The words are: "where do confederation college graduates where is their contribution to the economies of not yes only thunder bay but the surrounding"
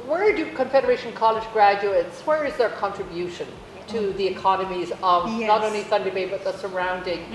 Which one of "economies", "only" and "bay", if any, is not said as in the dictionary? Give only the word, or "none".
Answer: none